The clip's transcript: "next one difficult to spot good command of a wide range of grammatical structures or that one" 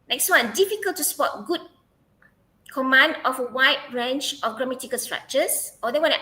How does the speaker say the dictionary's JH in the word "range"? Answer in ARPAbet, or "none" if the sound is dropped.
CH